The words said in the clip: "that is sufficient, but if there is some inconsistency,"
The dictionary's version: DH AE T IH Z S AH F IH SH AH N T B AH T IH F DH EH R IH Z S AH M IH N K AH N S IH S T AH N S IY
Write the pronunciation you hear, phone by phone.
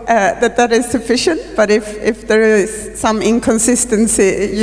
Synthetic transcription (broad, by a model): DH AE T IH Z S AH F IH SH AH N T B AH T IH F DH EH R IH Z S AH M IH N K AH N S IH S T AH N S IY